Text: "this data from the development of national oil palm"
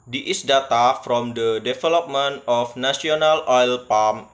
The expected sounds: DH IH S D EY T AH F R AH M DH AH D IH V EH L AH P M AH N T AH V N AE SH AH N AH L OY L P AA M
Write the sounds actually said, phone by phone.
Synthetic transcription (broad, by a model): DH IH S D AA T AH F R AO M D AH D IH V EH L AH P M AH N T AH F N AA S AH N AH L OY L P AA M